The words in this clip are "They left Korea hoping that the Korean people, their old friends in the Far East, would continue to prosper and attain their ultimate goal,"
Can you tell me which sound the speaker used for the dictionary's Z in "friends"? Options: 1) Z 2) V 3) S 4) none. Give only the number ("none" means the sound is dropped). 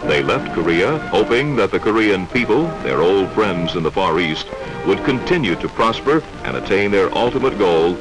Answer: 1